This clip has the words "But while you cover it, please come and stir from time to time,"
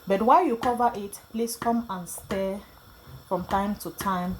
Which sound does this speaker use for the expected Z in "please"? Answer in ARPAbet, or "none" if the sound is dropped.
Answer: S